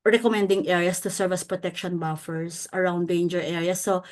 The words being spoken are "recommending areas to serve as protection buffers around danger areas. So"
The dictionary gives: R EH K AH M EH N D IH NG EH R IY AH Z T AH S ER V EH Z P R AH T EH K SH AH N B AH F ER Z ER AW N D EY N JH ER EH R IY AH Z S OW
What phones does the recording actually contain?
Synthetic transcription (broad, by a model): R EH K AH M EH N D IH NG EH R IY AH S T AH S ER V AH S P R AH T EH K SH AH N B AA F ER S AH AW N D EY N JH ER EH R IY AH S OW